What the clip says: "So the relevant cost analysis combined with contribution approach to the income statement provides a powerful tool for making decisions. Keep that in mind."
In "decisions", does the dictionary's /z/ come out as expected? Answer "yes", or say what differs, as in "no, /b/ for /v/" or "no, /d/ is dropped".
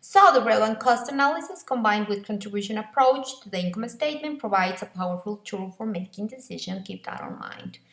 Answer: no, /z/ is dropped